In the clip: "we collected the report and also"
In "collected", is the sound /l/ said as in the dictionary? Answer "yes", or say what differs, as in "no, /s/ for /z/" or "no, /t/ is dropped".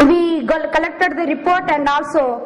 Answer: yes